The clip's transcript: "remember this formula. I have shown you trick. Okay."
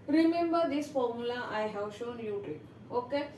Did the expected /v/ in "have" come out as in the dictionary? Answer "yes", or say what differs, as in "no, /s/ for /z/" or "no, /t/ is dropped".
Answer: no, /w/ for /v/